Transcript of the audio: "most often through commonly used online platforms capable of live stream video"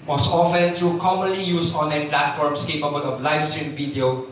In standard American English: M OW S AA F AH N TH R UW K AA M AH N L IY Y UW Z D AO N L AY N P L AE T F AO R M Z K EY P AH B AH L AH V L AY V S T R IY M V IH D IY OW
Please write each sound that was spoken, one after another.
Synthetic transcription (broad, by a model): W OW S AA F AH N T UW K AA M AH N L IY Y UW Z AO N L AY N P L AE T F AO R M S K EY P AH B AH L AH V L AY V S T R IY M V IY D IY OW